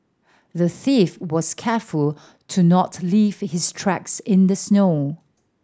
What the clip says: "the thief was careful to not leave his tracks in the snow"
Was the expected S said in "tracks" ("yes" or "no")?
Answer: yes